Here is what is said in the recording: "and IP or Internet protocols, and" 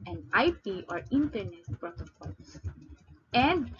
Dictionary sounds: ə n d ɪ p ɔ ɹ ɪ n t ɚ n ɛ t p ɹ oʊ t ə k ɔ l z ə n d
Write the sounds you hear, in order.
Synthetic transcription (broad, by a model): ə n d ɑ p ɔ ɹ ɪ n t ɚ n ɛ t p ɹ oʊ t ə k ɔ l s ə n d